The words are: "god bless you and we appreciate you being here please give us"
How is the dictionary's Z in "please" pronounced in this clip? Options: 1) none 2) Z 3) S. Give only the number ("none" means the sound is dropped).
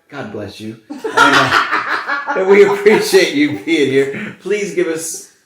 2